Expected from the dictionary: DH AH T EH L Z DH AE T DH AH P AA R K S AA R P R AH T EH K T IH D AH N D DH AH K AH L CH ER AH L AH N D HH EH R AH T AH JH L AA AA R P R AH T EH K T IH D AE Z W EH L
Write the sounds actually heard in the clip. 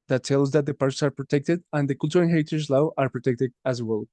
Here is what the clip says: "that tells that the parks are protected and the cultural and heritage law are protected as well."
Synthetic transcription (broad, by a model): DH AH T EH L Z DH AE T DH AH P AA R S AA R P R AH T EH K T IH D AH N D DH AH K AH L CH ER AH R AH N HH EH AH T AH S L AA AA R P R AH T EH K T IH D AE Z W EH L